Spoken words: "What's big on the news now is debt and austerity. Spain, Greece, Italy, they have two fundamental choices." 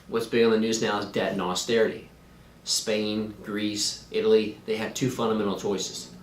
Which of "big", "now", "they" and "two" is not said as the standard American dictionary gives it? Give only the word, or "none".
big